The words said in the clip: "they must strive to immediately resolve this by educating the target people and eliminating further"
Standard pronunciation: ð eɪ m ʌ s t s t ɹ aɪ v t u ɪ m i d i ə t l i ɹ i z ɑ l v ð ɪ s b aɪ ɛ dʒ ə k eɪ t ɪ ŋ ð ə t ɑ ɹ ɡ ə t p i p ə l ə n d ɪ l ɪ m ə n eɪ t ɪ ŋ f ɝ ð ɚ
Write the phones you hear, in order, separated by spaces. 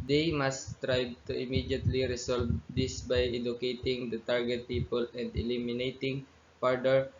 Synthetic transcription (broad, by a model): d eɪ m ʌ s s t ɹ aɪ b t u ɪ m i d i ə t l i ɹ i s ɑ l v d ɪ s b aɪ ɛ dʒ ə k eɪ t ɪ ŋ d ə t ɑ ɹ ɡ ə t p i p ə l ə n d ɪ l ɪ m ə n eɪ t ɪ ŋ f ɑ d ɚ